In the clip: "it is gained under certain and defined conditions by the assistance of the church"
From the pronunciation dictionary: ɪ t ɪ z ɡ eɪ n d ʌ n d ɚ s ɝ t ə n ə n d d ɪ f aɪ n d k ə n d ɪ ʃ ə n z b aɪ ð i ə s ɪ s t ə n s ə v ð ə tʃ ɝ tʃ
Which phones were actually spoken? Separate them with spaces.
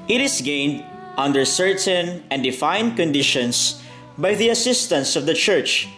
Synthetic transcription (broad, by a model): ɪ t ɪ s ɡ eɪ n d ʌ n d ɚ s ɝ t ə n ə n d d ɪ f aɪ n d k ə n d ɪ ʃ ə n s b aɪ ð i ə s ɪ s t ə n s ə v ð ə tʃ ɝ tʃ